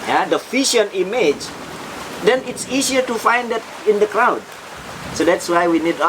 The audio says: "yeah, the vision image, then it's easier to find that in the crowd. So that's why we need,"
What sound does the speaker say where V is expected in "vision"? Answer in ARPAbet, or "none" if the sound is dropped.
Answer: F